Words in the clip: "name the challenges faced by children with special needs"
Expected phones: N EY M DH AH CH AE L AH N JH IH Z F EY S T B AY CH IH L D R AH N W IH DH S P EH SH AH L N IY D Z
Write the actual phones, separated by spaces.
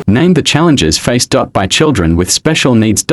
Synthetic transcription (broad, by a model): N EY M DH AH CH AE L AH N JH IH Z F EY S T B AY CH IH L D R AH N W IH DH S P EH SH AH L N IY D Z